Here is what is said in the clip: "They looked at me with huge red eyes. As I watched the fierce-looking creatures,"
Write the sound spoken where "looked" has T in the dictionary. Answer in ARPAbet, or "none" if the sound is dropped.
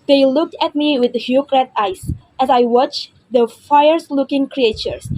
T